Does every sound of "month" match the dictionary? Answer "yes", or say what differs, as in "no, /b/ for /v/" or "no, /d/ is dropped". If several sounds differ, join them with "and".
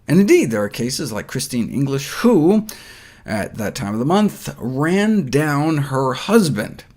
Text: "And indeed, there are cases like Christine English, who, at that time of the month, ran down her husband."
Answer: yes